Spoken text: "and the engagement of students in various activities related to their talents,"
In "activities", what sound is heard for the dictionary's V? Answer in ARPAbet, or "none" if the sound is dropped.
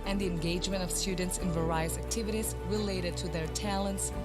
V